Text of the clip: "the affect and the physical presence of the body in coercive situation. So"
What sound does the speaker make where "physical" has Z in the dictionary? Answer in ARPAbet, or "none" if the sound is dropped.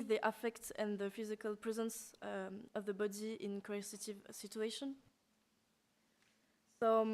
Z